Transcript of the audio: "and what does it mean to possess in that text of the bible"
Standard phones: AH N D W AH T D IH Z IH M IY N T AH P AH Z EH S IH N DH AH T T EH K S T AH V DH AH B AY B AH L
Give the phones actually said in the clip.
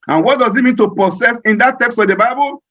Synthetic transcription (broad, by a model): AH N W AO T D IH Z IH M IY N T AH P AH S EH S IH N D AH T T EH K S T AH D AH B AY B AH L